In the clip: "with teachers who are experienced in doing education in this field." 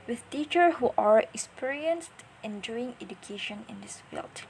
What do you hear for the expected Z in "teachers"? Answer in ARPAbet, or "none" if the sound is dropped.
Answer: none